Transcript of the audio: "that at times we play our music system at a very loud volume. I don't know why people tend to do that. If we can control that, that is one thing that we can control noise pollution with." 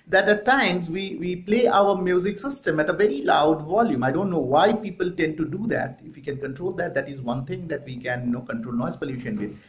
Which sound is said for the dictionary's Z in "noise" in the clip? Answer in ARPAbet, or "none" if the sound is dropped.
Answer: S